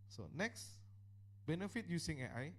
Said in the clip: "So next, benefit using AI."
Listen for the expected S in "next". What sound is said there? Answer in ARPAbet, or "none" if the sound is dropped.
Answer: S